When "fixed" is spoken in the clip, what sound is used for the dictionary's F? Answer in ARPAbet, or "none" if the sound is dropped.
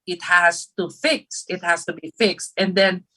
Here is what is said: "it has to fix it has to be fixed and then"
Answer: F